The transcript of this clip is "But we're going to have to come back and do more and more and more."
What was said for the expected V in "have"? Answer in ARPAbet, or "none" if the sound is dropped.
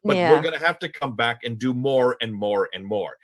F